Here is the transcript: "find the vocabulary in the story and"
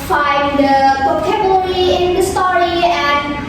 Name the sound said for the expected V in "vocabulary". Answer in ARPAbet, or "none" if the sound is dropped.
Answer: P